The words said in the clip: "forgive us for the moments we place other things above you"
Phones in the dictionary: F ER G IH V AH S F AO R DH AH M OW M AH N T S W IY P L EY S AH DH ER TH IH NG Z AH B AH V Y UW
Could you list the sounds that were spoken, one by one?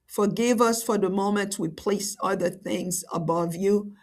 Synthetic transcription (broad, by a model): F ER G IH V AH S F AO R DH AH M OW M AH N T W IY P L EY S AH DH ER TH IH NG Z AH B AH V Y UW